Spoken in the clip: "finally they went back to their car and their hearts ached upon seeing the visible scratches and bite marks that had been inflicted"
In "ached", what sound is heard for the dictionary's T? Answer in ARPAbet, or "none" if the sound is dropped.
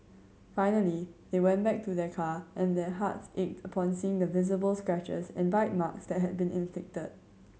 T